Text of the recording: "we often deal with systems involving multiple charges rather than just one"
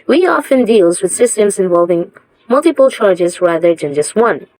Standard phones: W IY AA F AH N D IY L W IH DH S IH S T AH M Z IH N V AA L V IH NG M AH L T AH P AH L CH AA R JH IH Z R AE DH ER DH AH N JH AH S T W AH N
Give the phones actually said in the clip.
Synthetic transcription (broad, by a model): W IY AA F AH N D IY L W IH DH S IH S T AH M Z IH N V AA L V IH NG M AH L T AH P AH L CH AA R JH IH Z R AE DH ER DH AH N JH AH S T W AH N